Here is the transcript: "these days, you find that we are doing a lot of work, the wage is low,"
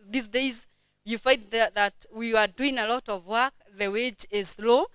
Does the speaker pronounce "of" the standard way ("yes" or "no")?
yes